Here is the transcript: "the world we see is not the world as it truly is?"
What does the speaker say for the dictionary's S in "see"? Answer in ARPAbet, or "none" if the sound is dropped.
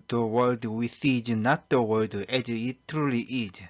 TH